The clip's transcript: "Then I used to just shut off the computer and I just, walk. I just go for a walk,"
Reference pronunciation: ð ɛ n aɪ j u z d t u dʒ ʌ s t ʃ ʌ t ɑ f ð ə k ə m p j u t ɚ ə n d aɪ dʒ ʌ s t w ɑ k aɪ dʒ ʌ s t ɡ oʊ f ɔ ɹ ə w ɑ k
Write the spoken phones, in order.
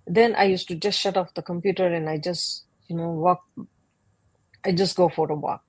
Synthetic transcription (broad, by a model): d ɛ n aɪ j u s t u dʒ ʌ s t ʃ ʌ t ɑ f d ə k ə m p j u t ɚ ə n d aɪ dʒ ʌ s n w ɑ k aɪ dʒ ʌ s t ɡ oʊ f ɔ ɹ ə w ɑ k